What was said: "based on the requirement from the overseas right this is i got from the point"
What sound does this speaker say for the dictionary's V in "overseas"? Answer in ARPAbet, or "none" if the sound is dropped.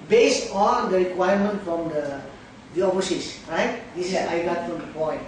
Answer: F